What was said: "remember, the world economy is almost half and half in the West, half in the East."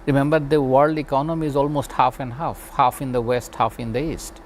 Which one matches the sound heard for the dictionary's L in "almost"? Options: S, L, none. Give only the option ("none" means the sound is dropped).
L